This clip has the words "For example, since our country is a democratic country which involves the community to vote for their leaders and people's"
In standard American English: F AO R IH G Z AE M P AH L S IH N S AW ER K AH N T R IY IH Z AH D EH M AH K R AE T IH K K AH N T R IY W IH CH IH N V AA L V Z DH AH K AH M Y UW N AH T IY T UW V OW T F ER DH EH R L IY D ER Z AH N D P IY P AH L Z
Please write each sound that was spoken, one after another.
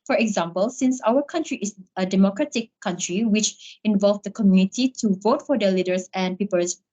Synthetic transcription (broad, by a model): F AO R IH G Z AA M P AH L S IH N S AW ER K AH N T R IY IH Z AH D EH M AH K R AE T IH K K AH N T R IY W IH CH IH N V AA L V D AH K AH M Y UW N AH T IY T UW V OW T F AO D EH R L IY D ER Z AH N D P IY P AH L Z